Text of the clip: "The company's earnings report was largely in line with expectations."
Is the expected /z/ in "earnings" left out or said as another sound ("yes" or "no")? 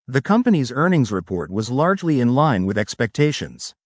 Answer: no